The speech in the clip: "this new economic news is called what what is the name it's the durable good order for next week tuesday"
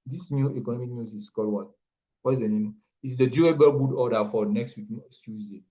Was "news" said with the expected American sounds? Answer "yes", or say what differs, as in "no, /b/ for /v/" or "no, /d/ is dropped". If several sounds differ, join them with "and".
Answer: no, /s/ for /z/